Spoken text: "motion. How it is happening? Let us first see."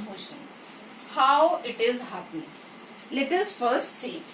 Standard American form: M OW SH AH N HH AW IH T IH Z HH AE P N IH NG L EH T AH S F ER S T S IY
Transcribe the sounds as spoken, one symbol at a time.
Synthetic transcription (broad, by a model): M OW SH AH N HH AW IH T IH Z HH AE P IH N L EH T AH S F ER S T S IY